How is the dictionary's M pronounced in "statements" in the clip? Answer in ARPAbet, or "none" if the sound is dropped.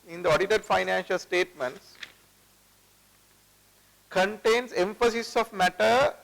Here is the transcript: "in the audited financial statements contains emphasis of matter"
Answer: M